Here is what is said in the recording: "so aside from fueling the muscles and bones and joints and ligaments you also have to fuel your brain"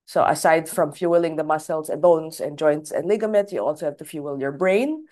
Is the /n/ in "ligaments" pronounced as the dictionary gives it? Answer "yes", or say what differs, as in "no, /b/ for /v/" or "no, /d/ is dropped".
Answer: no, /n/ is dropped